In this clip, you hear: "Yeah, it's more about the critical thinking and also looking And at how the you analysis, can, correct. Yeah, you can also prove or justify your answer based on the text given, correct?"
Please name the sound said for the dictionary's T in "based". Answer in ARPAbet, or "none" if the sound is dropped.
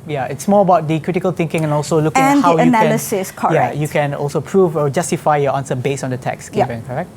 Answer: none